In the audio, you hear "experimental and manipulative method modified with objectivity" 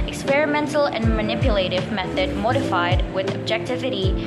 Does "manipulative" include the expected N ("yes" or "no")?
yes